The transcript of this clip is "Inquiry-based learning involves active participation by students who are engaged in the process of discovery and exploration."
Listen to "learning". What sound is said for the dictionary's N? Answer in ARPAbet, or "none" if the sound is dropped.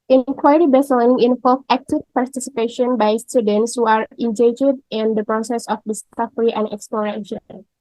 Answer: L